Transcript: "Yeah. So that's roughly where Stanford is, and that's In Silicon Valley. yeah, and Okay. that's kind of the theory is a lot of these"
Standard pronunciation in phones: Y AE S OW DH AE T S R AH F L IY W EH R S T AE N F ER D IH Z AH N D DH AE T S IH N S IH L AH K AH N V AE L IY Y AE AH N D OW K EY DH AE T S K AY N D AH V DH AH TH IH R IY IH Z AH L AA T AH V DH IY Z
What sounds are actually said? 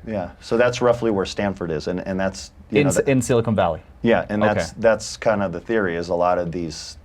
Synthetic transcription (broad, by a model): Y AE S OW DH AE T S R AH F L IY W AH R S T AE N F ER D IH Z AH N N DH AE T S IH N S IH L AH K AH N V AE L IY Y AE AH N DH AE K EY DH AE T S K AY N D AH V DH AH TH IH R IY IH Z AH L AA T AH V DH IY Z